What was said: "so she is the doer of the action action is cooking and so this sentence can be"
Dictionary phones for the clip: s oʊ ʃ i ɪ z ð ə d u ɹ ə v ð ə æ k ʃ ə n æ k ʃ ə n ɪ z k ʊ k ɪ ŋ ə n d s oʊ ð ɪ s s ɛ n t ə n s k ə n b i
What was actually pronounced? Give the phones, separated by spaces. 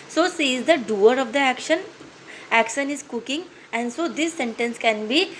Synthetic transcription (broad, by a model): s oʊ s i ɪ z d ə d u ɹ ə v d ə æ k ʃ ə n æ k ʃ ə n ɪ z k ʊ k ɪ ŋ ə n d s oʊ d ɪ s s ɛ n t ə n s k ə n b i